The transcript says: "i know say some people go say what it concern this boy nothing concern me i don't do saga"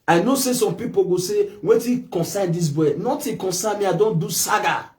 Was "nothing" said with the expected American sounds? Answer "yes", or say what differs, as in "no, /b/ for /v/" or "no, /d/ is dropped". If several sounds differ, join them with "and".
no, /t/ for /θ/